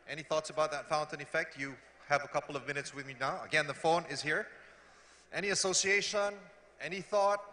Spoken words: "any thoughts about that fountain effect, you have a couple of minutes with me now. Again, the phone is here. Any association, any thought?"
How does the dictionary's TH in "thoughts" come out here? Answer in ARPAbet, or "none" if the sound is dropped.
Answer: TH